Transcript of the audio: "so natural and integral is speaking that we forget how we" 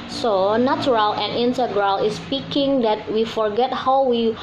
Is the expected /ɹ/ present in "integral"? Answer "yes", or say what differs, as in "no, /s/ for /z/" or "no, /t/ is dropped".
yes